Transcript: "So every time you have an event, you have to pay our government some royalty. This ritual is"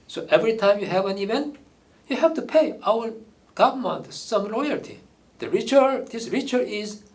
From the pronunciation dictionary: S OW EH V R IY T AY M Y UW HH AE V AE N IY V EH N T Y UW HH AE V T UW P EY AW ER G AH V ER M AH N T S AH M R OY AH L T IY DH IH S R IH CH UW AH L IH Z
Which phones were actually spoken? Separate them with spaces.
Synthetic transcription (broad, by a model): S OW EH V R IY T AY M Y UW HH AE V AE N IY V EH N T Y UW HH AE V T UW P EY AW ER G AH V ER M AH N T S AH M L OY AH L T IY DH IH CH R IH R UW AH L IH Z